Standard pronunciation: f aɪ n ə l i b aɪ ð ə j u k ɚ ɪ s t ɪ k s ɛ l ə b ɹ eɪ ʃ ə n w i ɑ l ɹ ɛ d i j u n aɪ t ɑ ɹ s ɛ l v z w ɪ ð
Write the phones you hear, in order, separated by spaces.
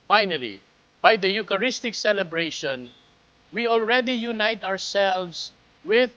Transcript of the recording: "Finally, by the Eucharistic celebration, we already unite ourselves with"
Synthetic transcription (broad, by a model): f aɪ n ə l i b aɪ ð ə j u k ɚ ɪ s t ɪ k s ɛ l ə b ɹ eɪ ʃ ə n w i ɑ l ɹ ɛ d i j u n aɪ t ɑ ɹ s ɛ l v s w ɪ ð